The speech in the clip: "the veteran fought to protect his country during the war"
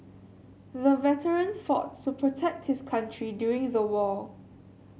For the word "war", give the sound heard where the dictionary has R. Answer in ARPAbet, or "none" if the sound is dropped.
L